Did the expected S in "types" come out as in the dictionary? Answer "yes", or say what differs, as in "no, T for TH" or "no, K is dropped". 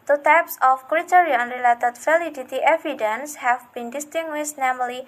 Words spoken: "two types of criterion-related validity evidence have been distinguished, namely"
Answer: yes